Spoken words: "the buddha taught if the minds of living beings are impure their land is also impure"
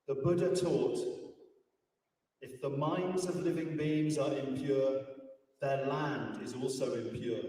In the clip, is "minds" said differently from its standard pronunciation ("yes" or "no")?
no